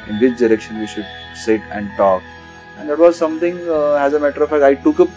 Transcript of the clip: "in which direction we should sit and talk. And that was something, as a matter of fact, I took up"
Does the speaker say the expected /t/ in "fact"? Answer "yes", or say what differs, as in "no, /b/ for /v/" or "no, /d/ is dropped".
no, /t/ is dropped